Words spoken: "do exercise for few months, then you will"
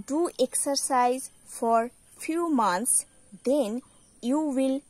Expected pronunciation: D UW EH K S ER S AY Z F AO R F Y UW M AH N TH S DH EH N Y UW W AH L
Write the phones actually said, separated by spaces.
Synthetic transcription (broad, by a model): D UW EH K S ER S AY Z F AO R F Y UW M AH N T S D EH N Y UW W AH L